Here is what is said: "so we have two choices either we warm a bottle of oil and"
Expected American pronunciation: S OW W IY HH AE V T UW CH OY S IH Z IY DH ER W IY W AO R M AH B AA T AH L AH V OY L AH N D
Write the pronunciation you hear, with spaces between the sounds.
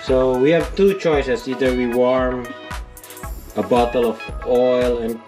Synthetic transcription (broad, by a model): S OW W IY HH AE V T UW CH OY S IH S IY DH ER W IY W AO R M AH B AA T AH L AH V OY L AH N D